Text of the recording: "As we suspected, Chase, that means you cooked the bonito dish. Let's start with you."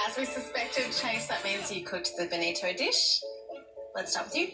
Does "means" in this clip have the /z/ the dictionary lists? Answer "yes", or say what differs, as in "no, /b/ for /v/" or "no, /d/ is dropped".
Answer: yes